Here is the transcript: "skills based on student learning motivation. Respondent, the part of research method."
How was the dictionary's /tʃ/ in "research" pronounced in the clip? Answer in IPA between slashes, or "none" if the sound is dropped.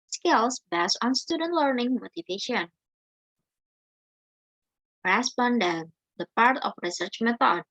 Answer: /tʃ/